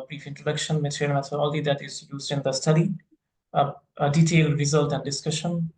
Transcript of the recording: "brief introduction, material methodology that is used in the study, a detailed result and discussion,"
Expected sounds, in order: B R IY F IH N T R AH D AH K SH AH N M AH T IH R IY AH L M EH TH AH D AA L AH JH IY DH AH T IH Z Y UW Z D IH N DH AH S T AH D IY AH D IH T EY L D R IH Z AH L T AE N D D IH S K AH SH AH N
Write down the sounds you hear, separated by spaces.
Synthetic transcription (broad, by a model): B R IY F IH N T R AH D AH K SH AH N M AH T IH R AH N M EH S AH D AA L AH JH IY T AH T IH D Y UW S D IH N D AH S T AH D IY AH D IH T EY L D R IH Z AH L T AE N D D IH S K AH SH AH N